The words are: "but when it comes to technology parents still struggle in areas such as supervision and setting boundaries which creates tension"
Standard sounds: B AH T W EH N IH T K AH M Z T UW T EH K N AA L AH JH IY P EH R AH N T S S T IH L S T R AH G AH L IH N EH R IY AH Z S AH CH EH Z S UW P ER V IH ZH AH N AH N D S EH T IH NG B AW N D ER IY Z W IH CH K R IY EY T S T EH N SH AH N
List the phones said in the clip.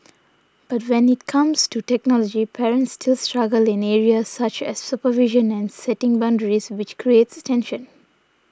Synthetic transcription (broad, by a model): B AH T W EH N IH T K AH M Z T UW T EH K N AA L AH JH IY P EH R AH N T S S T IH L S T R AH G AH L IH N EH R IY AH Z S AH CH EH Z S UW P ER V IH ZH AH N AH N D S EH T IH NG B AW N D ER IY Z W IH CH K R IY EY T S T EH N SH AH N